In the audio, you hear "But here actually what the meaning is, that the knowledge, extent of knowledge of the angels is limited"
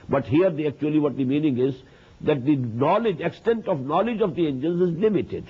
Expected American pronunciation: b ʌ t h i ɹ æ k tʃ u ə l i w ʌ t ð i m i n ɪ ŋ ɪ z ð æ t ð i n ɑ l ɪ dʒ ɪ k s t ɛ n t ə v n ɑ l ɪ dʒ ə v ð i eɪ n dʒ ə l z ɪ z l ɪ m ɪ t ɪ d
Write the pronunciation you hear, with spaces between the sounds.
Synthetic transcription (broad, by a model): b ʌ t h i ɹ æ k tʃ u ə l i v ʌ t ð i m i n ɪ ŋ ɪ z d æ t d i n ɑ l ɪ dʒ ɪ k s t ɛ n t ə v n ɑ l ɪ dʒ ə v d i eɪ n dʒ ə n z ɪ z l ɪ m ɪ t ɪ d